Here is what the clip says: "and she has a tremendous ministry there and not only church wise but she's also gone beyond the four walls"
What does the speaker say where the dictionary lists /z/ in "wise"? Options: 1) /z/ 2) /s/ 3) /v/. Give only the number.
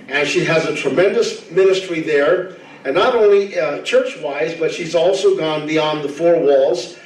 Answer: 1